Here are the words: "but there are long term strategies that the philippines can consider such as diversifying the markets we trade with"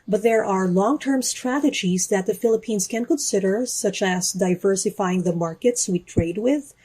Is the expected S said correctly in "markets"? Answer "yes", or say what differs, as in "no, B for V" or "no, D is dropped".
yes